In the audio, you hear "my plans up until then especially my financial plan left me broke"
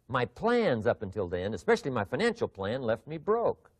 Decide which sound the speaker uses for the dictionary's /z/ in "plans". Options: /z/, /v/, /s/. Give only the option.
/z/